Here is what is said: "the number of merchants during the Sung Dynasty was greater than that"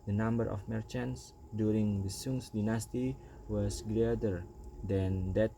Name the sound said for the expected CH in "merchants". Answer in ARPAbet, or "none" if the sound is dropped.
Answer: CH